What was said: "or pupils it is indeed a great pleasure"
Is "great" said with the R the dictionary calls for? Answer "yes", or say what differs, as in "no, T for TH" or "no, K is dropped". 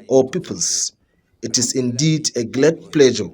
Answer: no, L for R